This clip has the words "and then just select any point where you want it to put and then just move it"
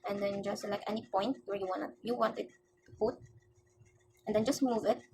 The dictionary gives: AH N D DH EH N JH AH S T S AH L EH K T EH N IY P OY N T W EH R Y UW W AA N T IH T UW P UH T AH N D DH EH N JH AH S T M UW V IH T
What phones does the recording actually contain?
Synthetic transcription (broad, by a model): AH N D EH N JH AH S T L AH IH K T EH N IY P OY N T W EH W Y UW W AA N T IH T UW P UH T AH N D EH N JH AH S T M UW V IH T